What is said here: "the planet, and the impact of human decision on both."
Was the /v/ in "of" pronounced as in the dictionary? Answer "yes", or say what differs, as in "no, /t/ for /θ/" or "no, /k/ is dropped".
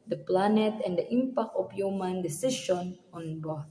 no, /p/ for /v/